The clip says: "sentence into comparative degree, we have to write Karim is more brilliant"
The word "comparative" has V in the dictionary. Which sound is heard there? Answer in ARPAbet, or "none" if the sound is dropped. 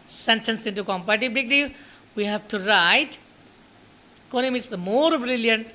B